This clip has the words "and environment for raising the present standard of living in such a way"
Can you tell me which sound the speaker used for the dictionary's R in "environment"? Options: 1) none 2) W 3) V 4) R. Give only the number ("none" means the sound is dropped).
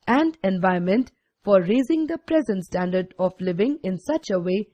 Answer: 1